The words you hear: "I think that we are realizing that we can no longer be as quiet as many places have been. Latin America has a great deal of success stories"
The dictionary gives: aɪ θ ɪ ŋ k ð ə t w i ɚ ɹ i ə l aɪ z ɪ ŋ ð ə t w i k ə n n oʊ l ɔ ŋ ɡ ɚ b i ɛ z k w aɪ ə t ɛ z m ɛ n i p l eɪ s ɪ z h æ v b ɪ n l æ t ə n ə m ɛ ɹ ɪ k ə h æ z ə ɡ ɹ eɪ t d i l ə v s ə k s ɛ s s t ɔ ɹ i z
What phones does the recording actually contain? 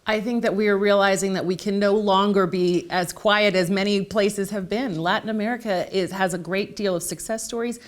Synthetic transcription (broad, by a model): aɪ θ ɪ ŋ k ð ə t w i ɚ ɹ i ə l aɪ z ɪ ŋ ð ə t w i k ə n n oʊ l ɔ ŋ ɡ ɚ b i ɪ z k w aɪ ə t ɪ z m ɛ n i p l eɪ s ɪ z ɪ v b ɪ n l æ t n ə m ɛ ɹ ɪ k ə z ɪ z ə ɡ ɹ eɪ t d i l ə v s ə k s ɛ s s t ɔ ɹ i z